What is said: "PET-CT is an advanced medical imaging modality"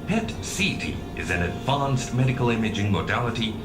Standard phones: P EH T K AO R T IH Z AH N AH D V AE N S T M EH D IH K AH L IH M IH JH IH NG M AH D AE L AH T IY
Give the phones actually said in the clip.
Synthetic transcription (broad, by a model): P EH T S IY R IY IH Z AH N AH D V AE N S T M EH D IH K AH L IH M IH JH IH NG M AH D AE L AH T IY